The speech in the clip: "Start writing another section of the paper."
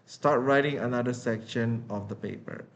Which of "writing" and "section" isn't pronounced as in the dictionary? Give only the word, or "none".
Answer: none